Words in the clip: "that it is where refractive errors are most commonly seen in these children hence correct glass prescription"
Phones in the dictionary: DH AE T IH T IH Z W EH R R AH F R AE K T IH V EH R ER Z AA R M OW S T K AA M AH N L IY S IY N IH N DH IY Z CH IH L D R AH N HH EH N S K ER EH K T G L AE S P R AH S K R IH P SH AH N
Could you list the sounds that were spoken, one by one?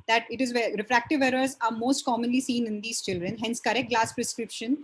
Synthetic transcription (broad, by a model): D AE T IH T IH Z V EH R R AH F R AE K T IH V EH R ER Z AA R M OW S T K AA M AH N L IY S IY N IH N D IY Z CH IH L D R AH N HH EH N S K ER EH K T G L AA S P R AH S K R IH P SH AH N